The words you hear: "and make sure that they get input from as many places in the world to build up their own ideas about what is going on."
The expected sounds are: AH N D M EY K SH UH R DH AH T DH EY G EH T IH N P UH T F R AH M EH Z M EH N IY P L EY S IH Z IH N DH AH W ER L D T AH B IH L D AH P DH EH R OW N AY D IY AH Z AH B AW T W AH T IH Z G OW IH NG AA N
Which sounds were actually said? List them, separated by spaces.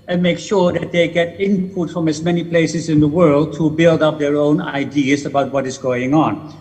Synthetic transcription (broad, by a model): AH N M EY K SH UH R DH AH T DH EY G EH T IH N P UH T F R AH M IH Z M EH N IY P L EY S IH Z IH N DH AH W ER L D T AH B IH L D AH P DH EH R OW N AY D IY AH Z AH B AW T W AH T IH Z G OW IH NG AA N